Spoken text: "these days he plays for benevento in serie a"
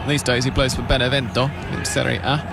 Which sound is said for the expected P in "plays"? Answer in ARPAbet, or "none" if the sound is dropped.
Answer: B